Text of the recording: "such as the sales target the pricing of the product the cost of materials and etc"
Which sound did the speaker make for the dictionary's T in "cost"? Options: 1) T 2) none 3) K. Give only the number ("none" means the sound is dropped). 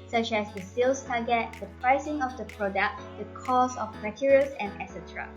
2